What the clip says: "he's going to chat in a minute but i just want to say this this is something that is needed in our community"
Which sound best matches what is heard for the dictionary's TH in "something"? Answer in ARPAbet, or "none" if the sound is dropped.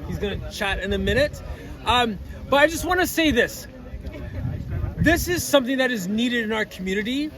TH